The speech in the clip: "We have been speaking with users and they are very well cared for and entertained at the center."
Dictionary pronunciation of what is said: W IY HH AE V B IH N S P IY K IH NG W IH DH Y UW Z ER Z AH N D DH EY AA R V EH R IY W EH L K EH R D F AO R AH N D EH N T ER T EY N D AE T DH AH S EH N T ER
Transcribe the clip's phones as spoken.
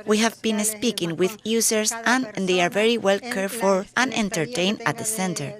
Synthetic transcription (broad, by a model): W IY HH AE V B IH N S P IY K IH NG W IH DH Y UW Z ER S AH N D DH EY AA R V EH R IY W EH L K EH R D F AO R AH N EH N T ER T EY N AE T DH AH S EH N T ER